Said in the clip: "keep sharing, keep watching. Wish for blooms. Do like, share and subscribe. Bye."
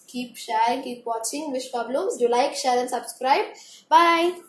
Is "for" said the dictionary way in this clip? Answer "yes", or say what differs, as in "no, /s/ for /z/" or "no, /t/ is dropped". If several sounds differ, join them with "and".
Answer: no, /p/ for /f/